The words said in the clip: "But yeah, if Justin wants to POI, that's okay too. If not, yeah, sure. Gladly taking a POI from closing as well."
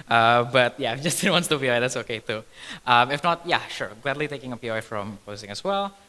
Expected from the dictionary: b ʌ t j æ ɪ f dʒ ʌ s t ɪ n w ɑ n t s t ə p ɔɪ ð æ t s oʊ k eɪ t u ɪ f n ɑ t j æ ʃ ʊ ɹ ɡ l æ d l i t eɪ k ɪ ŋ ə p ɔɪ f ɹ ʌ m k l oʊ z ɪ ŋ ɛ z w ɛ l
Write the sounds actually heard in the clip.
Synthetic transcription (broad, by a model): b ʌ t j æ ɪ f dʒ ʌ s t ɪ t w ɑ n t s t ə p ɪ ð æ t s oʊ k eɪ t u ɪ f n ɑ t j æ ʃ ʊ ɹ ɡ l æ d l i t eɪ k ɪ ŋ ə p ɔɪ f ɹ ʌ m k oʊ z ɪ ŋ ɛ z w ɛ l